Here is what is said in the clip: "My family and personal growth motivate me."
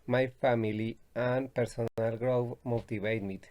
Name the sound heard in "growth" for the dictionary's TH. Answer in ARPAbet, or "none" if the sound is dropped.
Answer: F